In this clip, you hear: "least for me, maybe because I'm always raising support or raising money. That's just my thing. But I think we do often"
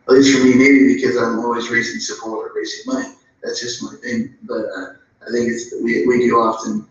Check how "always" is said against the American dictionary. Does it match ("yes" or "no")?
yes